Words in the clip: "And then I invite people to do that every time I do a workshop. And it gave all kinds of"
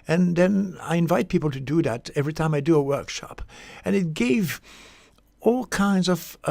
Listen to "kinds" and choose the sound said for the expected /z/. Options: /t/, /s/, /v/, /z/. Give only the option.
/z/